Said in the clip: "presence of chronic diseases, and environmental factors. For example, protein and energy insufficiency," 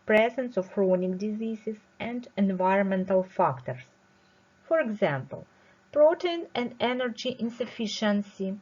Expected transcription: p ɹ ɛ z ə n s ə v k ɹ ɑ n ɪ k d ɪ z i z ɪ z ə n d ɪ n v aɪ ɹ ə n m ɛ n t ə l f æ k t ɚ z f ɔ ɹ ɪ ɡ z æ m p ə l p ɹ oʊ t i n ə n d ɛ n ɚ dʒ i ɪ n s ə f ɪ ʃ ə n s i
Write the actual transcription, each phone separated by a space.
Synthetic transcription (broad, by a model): p ɹ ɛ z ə n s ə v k ɹ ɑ n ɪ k d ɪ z i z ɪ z ə n d ɪ n v aɪ ɹ ə n m ɛ n t ə l f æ k t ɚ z f ɔ ɹ ɪ ɡ z æ m p ə l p ɹ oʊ t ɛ n ə n d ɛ n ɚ dʒ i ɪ n s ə f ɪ ʃ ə n s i